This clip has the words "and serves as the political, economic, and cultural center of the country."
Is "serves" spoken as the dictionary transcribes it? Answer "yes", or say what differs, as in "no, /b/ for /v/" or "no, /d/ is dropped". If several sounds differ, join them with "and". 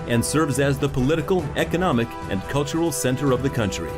yes